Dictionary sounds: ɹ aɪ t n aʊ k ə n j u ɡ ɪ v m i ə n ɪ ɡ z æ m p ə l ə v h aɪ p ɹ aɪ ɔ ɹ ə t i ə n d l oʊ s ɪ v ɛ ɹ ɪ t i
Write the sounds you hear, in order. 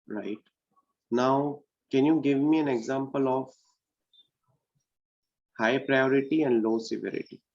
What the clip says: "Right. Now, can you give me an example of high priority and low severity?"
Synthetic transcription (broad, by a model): ɹ aɪ t n aʊ k ə n j u ɡ ɪ v m i ə n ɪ ɡ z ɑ m p ə l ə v h aɪ p ɹ aɪ ɔ ɹ ə t i ə n d l oʊ s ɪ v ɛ ɹ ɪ t i